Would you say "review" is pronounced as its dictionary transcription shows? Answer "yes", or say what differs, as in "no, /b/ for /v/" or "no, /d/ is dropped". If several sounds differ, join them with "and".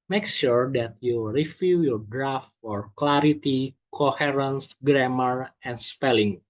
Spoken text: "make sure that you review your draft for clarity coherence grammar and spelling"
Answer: no, /f/ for /v/